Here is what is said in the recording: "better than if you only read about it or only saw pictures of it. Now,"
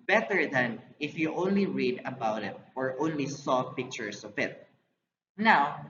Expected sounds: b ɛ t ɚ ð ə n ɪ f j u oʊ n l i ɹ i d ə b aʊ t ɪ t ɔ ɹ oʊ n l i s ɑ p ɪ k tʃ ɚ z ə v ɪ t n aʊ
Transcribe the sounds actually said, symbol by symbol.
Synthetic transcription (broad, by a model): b ɛ t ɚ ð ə n ɪ f j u oʊ n l i ɹ i d ə b aʊ t ɪ t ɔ ɹ oʊ n l i s ɑ p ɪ k tʃ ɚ s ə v ɪ t n aʊ